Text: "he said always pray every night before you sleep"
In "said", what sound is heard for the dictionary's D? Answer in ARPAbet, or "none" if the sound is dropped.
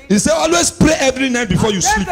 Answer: none